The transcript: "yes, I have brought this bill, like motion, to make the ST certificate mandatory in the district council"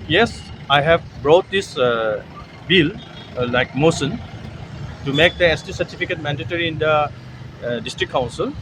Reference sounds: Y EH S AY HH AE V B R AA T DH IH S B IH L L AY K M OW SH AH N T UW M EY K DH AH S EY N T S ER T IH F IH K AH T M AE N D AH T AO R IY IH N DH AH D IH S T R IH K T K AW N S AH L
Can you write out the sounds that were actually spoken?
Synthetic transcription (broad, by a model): Y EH S AY HH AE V B R AA T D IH S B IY L L AY K M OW S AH N T UW M EY K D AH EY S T S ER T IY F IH K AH T M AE N D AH T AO R IY IH N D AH D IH S T R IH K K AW N S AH L